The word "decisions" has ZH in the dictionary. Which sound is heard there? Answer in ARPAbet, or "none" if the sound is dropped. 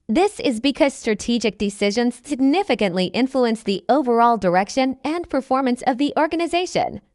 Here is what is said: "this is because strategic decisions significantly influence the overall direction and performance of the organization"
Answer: ZH